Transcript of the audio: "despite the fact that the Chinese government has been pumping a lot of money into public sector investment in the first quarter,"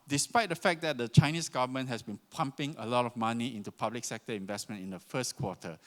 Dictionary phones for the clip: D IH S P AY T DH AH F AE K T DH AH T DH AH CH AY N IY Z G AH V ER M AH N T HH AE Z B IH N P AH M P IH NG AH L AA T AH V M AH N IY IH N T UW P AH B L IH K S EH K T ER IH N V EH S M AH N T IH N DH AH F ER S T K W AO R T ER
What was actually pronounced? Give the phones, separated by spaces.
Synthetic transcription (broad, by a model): D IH S P AY T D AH F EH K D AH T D AH CH AY N IY S G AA V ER M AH N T HH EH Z B IH N P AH M P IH NG AH L AA T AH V M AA N IY IH N T UW P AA B L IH K S EH K T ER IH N V EH S M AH N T IH N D AH F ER S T K W AO T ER